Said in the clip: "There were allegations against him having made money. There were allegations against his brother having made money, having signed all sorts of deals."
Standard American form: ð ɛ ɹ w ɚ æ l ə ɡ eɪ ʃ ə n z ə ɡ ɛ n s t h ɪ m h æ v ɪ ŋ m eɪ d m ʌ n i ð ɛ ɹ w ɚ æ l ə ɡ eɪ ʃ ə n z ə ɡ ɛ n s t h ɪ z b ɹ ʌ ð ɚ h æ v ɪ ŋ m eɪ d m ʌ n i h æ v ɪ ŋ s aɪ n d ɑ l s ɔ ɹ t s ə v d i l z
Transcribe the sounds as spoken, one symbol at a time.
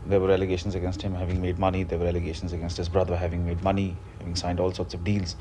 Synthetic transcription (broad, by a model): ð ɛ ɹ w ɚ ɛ l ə ɡ eɪ ʃ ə n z ə ɡ ɛ n s t h ɪ m h æ v ɪ ŋ m eɪ d m ʌ n i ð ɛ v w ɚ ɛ l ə ɡ eɪ ʃ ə n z ə ɡ ɛ n s t h ɪ z b ɹ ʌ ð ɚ h æ v ɪ ŋ m eɪ d m ʌ n i h æ v ɪ ŋ s aɪ n d ɑ l s ɔ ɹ t s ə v d i l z